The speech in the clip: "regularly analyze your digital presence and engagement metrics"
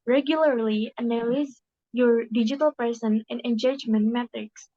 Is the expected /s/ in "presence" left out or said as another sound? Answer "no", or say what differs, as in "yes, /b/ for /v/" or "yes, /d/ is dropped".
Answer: yes, /s/ is dropped